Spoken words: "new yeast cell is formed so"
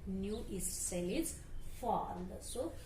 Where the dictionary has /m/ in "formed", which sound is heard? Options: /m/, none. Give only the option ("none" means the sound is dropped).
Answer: none